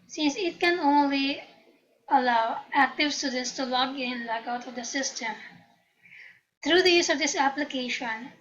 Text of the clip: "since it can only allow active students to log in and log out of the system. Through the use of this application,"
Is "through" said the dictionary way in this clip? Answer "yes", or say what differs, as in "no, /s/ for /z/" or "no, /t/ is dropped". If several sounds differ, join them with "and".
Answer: no, /t/ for /θ/